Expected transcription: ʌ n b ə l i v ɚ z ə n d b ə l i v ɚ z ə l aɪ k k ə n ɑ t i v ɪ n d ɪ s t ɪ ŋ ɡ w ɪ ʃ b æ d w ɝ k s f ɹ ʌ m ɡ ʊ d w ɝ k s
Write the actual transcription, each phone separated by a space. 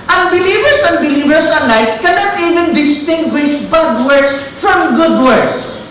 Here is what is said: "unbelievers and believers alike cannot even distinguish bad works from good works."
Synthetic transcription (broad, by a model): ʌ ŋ b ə l i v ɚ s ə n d b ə l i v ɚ s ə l aɪ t k ə n ɑ t i v ɪ n d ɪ s t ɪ ŋ ɡ w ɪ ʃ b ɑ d w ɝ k s f ɹ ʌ m ɡ ʊ d w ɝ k s